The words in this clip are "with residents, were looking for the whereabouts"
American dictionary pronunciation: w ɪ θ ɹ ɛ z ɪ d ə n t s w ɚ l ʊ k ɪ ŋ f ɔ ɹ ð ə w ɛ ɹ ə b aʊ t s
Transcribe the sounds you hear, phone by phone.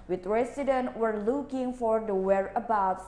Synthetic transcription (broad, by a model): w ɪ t ɹ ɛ s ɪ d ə n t w ɚ l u k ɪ ŋ f ɔ ɹ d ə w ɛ ɹ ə b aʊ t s